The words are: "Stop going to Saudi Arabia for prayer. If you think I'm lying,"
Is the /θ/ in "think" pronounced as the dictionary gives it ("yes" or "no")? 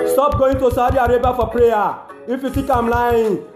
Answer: no